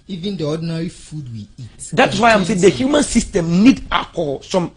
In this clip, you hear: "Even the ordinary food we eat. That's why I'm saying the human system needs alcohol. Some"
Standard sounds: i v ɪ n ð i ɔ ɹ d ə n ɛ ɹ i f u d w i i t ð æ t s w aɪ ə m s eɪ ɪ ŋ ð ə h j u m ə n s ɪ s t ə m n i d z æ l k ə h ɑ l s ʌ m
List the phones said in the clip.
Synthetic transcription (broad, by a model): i v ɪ n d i ɔ d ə n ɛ ɹ i f u d w i i t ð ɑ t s w aɪ ə m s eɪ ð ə h j u m ə n s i s t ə m n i d ɑ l k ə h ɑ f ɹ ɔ m